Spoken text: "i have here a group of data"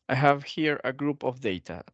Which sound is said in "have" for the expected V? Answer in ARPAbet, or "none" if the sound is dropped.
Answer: V